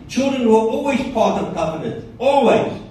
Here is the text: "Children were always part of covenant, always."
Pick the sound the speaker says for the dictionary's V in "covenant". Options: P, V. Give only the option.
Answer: P